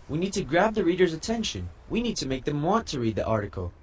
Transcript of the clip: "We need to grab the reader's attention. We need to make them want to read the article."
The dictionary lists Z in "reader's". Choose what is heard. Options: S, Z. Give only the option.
Z